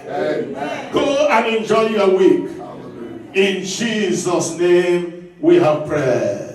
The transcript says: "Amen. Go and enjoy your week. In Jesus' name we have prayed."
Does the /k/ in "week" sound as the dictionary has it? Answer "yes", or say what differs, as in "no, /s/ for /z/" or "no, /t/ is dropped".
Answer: yes